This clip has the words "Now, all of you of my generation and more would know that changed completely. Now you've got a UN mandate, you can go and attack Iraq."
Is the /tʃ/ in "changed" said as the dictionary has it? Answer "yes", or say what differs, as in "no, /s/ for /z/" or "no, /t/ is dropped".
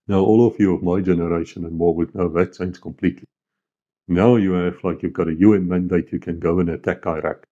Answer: no, /s/ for /tʃ/